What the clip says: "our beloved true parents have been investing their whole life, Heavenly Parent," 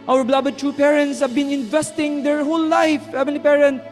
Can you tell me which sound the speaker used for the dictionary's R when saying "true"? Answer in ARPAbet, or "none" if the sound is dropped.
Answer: none